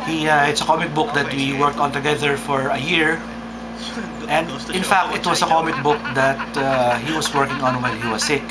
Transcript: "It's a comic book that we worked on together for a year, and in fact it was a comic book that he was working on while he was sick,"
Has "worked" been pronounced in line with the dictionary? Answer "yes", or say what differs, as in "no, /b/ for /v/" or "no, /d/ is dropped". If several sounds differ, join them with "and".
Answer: yes